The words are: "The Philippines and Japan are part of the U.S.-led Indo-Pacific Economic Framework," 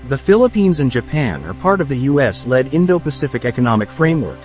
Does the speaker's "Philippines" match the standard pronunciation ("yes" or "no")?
yes